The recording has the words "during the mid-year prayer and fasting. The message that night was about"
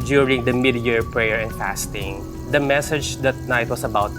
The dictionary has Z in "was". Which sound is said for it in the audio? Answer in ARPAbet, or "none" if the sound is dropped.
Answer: S